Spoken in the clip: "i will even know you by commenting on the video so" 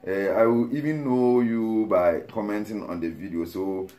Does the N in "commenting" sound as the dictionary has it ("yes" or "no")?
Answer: yes